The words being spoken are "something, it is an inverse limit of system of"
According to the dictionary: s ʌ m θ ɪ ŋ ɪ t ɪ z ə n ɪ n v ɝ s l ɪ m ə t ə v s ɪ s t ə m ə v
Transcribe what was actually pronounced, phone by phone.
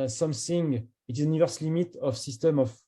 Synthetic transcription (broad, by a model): s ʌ m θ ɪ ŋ ɪ t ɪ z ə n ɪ v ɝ s l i m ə t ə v s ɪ s t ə m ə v